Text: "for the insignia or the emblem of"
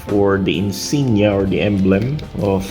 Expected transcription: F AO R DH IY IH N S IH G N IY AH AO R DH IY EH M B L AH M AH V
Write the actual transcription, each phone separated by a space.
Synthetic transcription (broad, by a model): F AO R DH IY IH N S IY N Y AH AO R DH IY EH M B L AH M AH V